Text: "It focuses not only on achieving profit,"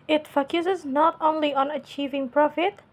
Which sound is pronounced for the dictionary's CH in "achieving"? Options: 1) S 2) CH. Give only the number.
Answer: 2